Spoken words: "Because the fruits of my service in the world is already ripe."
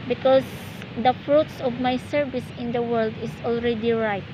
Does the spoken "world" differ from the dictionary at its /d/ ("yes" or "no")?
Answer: no